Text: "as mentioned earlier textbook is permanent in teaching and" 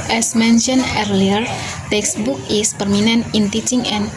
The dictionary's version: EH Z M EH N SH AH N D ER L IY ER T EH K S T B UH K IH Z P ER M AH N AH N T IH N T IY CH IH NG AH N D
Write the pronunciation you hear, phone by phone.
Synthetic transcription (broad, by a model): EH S M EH N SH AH N ER L IY ER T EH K S B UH K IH S P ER M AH N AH N IH N T IY CH IH NG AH N